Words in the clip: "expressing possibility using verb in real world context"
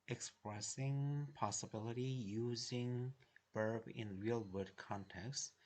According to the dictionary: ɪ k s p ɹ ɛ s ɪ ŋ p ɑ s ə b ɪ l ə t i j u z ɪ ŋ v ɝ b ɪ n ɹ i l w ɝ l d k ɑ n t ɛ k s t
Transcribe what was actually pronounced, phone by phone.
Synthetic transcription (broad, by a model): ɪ k s p ɹ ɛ s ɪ ŋ p ɑ s ə b ɪ l ə t i j u z ɪ ŋ b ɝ b ɪ n ɹ i l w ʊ d k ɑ n t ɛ k s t